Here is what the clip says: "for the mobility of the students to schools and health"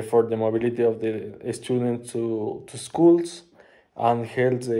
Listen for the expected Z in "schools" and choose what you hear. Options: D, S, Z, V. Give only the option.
S